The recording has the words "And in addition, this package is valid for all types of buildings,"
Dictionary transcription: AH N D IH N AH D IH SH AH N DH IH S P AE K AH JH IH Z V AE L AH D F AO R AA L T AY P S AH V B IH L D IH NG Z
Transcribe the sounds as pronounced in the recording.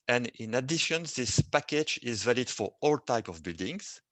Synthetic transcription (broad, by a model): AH N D IH N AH D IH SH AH N DH IH S P AE K AH JH IH Z V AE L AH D F AO R AA L T AY P AH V B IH L D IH NG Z